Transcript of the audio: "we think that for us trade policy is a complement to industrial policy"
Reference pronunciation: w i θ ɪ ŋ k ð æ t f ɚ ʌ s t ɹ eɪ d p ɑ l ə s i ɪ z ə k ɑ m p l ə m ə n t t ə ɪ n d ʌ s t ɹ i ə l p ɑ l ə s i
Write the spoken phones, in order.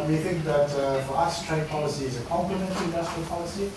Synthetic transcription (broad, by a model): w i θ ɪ ŋ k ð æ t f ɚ ʌ s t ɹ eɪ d p ɑ l ə s i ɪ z ə k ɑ m p ə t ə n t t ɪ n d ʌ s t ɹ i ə l p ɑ l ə s i